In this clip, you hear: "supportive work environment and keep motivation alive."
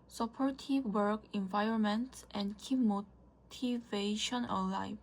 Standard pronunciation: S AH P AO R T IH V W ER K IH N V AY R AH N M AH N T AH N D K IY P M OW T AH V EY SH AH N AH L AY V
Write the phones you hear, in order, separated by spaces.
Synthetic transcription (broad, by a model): S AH P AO R T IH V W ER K IH N V AY R AH N M AH N T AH N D K IY P M OW T AH V EY SH AH N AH L AY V